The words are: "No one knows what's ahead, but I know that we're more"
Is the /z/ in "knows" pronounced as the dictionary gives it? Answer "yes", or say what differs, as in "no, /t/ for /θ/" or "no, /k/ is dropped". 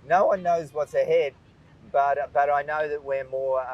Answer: yes